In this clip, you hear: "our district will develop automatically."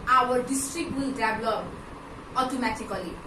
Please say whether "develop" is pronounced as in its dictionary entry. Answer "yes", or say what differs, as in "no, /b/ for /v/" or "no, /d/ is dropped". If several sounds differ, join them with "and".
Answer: no, /p/ is dropped